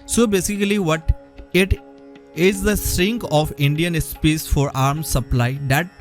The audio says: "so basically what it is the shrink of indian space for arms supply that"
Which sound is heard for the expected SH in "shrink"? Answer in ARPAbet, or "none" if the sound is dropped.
S